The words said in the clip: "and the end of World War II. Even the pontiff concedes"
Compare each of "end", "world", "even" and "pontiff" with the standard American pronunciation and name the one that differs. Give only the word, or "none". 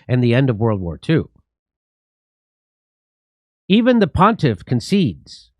none